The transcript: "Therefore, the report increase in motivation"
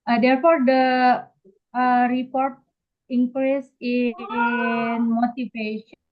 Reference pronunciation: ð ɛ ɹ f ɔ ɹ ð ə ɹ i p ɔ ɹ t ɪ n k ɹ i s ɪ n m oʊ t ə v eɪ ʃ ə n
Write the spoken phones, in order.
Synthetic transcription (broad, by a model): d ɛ ɹ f ɔ ɹ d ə ɹ i p ɔ ɹ t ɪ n k ɹ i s ɪ n m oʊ t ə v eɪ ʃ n